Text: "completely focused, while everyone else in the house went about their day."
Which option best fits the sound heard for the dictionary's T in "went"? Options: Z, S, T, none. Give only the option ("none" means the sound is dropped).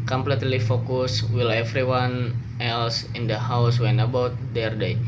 none